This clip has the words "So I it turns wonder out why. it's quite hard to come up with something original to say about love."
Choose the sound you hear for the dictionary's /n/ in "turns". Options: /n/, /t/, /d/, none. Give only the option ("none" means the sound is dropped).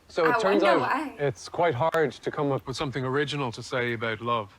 /n/